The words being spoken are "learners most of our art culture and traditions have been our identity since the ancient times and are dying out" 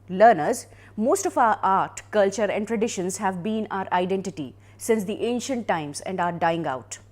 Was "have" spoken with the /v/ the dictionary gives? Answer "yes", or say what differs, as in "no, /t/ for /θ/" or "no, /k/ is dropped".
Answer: yes